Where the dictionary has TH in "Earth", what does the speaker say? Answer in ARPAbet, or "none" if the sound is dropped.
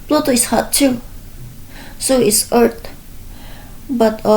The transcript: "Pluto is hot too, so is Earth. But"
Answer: T